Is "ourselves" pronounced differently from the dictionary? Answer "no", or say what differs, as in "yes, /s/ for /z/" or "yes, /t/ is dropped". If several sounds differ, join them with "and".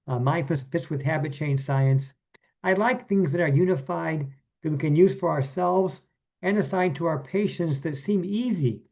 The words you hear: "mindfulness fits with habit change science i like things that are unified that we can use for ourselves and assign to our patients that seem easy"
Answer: no